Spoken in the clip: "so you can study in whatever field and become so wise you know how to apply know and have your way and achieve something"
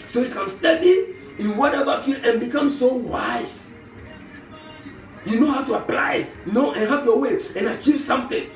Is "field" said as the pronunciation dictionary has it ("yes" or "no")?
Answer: no